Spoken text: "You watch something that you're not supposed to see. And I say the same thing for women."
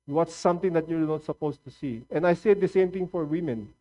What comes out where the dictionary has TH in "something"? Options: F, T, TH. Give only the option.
T